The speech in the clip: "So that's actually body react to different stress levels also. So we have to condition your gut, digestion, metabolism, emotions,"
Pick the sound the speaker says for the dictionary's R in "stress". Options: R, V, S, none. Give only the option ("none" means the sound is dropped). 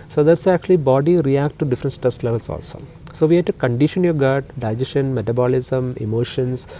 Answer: none